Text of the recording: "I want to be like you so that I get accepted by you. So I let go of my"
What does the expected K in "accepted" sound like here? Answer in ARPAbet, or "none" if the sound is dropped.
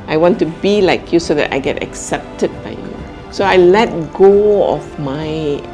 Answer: K